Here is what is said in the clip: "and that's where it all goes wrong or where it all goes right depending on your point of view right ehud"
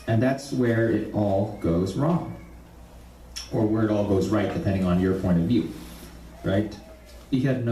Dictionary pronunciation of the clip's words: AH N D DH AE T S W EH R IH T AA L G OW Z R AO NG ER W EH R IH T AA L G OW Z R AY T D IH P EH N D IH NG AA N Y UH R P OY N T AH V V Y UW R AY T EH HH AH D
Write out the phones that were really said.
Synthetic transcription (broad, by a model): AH N DH AE T S W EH R IH T AA L G OW Z R AO NG ER W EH R IH T AA L G OW Z R AY T D IH P EH N D IH NG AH N Y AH R P OY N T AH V V Y UW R AY T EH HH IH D